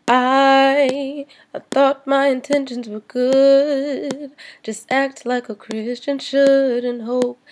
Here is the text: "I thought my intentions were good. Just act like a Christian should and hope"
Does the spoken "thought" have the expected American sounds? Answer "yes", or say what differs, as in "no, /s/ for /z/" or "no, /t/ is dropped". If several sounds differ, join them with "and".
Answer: yes